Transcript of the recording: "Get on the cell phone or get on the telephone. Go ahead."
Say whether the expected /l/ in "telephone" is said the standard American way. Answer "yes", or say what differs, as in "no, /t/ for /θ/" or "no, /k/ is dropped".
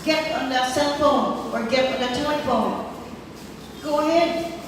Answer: no, /l/ is dropped